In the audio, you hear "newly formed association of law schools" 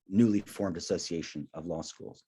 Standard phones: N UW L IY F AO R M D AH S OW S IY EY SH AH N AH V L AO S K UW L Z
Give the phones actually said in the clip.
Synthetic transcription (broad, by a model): N UW L IY F AO R M D AH S OW S IY EY SH AH N AH V L AO S K UW L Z